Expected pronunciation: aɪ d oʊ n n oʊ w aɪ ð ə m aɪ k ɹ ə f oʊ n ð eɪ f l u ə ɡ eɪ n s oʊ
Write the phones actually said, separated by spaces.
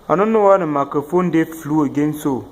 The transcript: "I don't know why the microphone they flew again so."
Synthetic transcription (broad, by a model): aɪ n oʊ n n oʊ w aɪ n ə m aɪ k ə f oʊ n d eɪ f l u ə ɡ eɪ n s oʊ